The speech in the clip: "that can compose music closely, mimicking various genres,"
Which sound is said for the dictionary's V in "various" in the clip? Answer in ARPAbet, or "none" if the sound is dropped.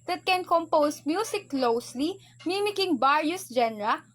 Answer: B